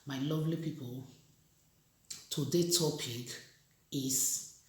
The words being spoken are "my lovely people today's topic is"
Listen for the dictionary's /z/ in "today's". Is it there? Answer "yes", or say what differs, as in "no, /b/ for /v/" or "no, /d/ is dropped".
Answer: no, /z/ is dropped